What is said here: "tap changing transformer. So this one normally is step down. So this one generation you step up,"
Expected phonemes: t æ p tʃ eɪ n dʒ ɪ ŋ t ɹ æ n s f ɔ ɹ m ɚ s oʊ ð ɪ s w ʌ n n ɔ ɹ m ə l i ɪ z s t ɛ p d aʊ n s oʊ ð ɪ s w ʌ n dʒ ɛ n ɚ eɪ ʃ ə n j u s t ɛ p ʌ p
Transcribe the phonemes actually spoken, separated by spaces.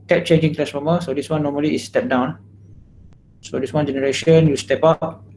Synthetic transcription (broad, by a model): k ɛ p tʃ eɪ n dʒ ɪ ŋ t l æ s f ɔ m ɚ s oʊ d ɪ s w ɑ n n ɔ m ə l i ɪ s t ɛ p d aʊ n s oʊ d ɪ s w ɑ n dʒ ɛ n ɚ eɪ ʃ ə n j u s t ɛ p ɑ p